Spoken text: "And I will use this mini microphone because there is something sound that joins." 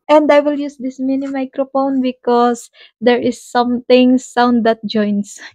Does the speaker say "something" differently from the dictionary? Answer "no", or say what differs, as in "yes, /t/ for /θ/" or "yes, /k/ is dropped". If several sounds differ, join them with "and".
yes, /t/ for /θ/